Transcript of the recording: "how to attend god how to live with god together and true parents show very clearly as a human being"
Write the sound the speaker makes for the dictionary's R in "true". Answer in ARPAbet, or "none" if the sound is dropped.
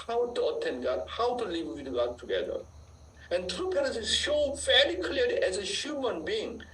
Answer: R